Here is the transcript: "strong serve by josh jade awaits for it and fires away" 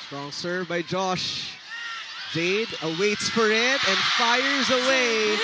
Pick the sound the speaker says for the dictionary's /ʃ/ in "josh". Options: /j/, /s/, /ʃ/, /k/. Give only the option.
/ʃ/